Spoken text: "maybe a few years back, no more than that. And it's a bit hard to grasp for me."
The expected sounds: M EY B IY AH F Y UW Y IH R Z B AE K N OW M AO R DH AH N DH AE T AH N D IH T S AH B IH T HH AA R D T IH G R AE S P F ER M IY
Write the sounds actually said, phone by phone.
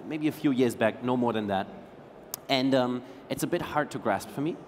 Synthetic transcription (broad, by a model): M EY B IY AH F Y UW Y IH R Z B AE K N OW M AO R DH AH N DH AE T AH N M IH T S AH B IH T HH AA R D T IH G R AE S P F ER M IY